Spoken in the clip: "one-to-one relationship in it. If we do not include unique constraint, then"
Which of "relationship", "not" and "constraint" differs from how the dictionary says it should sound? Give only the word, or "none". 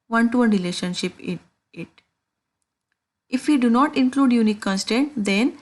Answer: constraint